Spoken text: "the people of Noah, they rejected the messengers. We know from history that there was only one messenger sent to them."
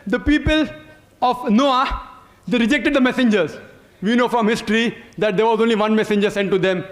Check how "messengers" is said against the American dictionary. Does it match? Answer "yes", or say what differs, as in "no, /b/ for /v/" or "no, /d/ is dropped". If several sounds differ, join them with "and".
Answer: yes